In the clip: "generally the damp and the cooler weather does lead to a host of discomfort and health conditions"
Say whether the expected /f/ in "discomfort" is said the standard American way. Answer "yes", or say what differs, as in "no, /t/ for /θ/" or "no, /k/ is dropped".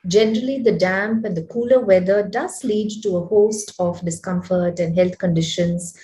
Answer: yes